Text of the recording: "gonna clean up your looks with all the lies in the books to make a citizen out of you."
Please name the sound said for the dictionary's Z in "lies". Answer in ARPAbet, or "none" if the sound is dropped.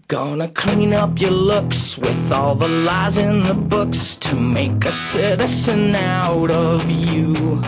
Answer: Z